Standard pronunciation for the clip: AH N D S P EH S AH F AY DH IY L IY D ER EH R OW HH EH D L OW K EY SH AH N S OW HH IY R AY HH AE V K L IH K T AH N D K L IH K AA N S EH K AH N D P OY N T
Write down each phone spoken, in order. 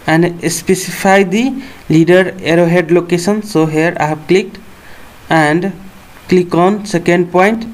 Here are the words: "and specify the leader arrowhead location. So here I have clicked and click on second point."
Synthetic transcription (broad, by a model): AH N D S P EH S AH P AY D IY L IY D ER EH R OW HH EH D L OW K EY S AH N S OW HH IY R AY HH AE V K L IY K T AH N D K L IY K AA N S EH K AH N D P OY N T